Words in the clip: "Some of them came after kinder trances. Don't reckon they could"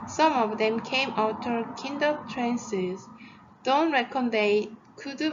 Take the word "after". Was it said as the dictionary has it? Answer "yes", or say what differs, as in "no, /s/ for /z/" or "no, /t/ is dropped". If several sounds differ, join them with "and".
no, /f/ is dropped